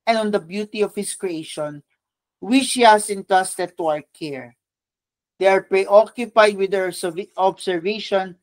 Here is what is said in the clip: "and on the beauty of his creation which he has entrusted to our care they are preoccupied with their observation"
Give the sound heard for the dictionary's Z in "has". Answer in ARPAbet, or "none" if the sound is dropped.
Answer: S